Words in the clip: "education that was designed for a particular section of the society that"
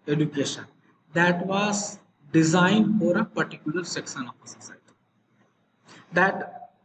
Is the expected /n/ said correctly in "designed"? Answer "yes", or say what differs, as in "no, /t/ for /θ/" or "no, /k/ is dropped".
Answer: yes